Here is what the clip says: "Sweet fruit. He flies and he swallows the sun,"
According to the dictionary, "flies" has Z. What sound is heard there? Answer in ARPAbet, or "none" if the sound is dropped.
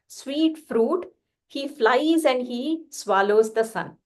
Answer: Z